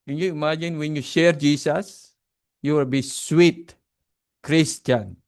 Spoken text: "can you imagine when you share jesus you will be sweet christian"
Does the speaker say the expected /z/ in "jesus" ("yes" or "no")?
no